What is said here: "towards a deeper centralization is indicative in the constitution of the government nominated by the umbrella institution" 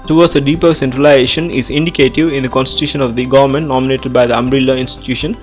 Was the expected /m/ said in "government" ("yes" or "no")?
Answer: yes